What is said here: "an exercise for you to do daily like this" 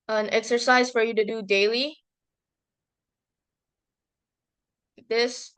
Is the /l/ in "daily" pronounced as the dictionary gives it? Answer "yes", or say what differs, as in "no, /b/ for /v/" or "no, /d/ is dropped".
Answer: no, /l/ is dropped